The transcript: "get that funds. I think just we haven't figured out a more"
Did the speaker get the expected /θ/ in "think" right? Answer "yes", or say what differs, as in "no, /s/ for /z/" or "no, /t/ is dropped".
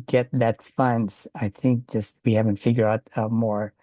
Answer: yes